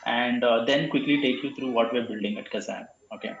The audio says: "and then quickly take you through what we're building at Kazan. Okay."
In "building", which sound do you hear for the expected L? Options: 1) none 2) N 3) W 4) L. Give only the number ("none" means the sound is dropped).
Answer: 4